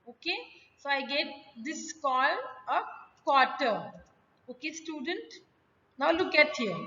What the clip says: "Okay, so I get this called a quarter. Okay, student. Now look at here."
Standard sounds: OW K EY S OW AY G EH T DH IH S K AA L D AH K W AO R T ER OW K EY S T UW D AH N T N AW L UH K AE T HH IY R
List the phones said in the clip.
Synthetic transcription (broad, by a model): OW K EY S OW AY G EH T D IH S K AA L AH K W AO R T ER OW K EY S T UW D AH N T N AW L UH K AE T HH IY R